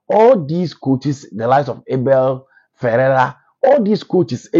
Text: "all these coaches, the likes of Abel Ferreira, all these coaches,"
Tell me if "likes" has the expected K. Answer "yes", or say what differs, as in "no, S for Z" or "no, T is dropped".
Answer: no, K is dropped